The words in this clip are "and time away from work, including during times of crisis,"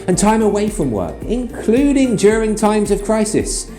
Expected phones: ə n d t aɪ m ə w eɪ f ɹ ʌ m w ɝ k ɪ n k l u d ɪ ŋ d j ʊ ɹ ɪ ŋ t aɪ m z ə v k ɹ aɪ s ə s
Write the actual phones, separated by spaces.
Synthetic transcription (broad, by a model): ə n t aɪ m ə w eɪ f ɹ ʌ m w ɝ k ɪ n k l u d ɪ ŋ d j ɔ ɹ ɪ ŋ t aɪ m z ə v k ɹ aɪ s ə s